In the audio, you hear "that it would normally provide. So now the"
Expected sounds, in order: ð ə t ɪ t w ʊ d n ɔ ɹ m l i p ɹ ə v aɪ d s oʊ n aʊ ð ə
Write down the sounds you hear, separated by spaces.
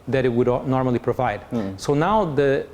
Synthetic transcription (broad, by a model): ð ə t ɪ t w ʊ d n ɔ ɹ m l i p ɹ ə v aɪ d s oʊ n aʊ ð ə